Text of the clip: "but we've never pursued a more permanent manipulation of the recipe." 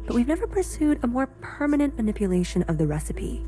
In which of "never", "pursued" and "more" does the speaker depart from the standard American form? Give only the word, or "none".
none